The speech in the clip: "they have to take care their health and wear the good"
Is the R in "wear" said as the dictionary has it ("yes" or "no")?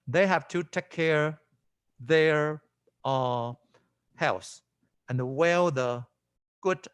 no